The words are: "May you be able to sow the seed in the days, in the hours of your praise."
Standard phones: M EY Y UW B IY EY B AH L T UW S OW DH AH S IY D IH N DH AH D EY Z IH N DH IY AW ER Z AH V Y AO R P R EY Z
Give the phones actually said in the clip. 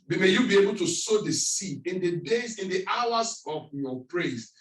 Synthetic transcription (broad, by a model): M EY Y UW B IY EY B AH L T UW S OW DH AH S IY IH N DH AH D EY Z IH N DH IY AW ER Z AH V Y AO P R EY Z